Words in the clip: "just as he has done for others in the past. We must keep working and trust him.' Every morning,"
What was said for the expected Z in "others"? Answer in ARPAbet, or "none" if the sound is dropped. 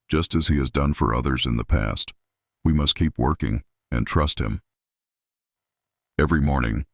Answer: Z